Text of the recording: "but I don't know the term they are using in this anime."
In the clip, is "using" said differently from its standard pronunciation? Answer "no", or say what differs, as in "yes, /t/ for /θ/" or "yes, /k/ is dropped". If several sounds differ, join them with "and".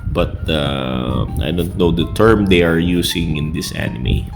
yes, /s/ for /z/